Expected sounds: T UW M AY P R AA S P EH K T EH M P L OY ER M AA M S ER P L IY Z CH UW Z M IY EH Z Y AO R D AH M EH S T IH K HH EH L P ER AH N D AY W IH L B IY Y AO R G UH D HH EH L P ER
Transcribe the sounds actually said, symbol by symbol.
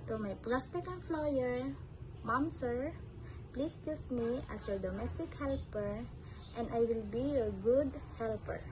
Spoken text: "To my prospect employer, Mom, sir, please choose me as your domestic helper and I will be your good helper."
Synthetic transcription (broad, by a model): T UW M AY P R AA S P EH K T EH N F L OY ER M AA M S ER P L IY S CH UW S M IY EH S Y AO R D AH M EH S T IH K HH EH L P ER AH N D AY W IH L B IY Y AO R G UH D HH EH L P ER